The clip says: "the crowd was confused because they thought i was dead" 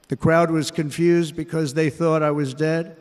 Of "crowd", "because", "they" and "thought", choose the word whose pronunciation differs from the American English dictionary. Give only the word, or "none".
none